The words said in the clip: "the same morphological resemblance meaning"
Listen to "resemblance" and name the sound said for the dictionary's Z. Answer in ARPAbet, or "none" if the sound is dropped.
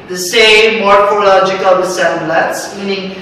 S